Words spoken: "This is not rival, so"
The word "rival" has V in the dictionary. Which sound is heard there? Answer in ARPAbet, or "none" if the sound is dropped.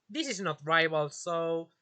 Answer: B